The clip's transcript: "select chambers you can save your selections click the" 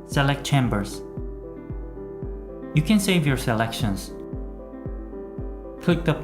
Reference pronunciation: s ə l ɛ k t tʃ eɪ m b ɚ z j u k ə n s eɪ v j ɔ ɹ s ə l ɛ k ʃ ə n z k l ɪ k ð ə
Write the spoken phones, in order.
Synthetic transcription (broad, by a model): s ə l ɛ k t tʃ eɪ m b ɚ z j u k ə n s eɪ v j ɔ ɹ s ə l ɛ k ʃ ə n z k l ɪ k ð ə